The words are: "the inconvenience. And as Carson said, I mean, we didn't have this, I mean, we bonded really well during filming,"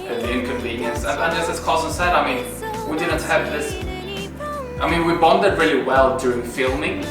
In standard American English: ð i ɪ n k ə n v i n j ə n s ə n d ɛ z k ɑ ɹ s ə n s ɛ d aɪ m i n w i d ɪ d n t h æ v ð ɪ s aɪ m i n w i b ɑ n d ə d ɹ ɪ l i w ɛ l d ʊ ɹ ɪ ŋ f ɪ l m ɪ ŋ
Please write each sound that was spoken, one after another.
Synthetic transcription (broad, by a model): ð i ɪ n k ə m v i n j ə n s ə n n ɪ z k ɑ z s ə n s ɛ d aɪ m i n w i d ɪ d n t h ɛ p ð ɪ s aɪ m i n w i b ɑ n d ə d ɹ ɪ l i w ɛ l d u ɪ ŋ f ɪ l m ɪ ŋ